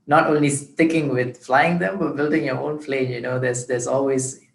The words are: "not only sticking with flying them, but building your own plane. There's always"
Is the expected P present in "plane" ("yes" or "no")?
no